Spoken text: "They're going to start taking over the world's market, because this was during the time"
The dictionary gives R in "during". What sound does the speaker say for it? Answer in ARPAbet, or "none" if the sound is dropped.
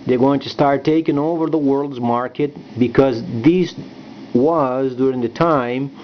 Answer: R